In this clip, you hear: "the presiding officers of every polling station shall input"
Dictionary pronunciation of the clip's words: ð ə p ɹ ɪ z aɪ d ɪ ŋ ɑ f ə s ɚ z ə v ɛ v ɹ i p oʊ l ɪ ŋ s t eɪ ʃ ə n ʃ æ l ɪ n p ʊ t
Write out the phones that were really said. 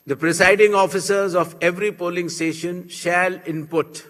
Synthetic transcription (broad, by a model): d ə p ɹ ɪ s aɪ d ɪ ŋ ɑ f ə s ɚ z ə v ɛ v ɹ i p oʊ l ɪ ŋ s t eɪ ʃ ə n ʃ æ l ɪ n p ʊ t